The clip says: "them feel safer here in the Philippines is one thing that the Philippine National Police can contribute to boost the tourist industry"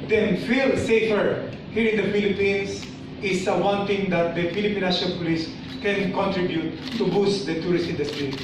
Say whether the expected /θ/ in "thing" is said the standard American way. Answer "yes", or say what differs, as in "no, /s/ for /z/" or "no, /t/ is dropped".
no, /t/ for /θ/